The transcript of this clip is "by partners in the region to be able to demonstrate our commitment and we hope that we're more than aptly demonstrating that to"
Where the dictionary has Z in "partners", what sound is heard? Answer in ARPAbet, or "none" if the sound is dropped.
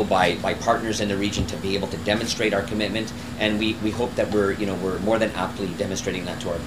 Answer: Z